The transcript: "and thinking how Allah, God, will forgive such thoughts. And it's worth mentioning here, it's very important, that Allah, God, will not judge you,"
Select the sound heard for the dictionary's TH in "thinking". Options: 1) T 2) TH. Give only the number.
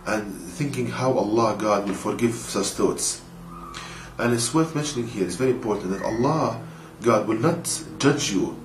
2